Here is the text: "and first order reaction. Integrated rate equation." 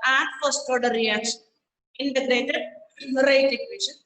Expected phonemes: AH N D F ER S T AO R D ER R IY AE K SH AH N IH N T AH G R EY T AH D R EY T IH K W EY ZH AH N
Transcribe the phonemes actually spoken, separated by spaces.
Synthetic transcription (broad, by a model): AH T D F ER S T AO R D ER R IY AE K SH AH N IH N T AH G R EY T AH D R EY T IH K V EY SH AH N